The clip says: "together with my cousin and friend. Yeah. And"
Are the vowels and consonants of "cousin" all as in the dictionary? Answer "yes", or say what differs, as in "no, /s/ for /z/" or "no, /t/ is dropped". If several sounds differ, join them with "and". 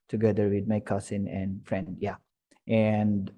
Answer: no, /s/ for /z/